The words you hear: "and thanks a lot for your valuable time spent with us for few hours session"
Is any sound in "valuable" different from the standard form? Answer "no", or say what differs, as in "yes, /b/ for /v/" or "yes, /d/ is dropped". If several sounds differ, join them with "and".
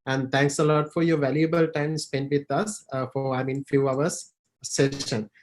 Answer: no